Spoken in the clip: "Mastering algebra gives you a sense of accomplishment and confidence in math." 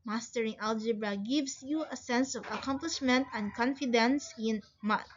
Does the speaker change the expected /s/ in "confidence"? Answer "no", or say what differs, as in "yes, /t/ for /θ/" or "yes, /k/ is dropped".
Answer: no